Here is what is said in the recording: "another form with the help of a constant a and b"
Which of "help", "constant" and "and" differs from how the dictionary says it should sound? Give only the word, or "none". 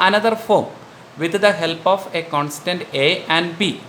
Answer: none